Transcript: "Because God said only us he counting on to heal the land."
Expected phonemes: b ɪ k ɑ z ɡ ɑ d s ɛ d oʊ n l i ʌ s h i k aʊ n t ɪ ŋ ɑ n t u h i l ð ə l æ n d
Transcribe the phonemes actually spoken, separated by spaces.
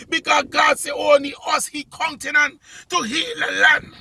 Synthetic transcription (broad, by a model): b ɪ k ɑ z ɡ ɑ d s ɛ oʊ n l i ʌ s h i k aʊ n t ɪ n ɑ n t u h i l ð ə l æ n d